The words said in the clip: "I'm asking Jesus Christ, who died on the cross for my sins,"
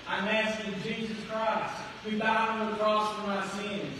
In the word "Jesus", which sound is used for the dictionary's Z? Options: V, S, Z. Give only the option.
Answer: Z